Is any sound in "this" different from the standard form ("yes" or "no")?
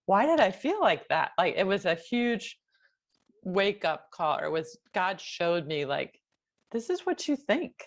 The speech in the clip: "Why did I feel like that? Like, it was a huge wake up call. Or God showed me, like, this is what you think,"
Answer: no